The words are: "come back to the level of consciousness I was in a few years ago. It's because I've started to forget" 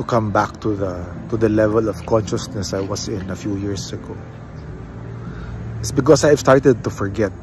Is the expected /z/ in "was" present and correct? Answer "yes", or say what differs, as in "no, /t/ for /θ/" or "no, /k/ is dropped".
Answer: no, /s/ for /z/